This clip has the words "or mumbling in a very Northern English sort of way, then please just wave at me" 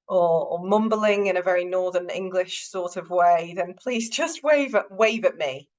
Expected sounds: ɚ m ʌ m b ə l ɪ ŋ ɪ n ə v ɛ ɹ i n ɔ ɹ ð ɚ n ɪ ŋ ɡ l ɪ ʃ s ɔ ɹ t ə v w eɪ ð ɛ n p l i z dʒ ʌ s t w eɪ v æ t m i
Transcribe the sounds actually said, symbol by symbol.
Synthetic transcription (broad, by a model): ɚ m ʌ m b ə l ɪ ŋ ɪ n ə v ɛ ɹ i n ɔ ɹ ð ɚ n ɪ ŋ ɡ l ɪ ʃ s ɔ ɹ t ə v w eɪ ð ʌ n p l i z dʒ ʌ s t w eɪ v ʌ t m i